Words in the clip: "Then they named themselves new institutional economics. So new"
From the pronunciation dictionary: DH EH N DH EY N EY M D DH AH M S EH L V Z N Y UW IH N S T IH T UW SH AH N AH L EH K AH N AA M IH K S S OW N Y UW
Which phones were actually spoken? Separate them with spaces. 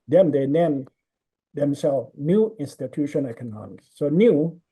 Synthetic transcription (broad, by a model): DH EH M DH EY N EY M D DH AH M S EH L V N Y UW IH N S T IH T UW SH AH N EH K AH N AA M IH K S S OW N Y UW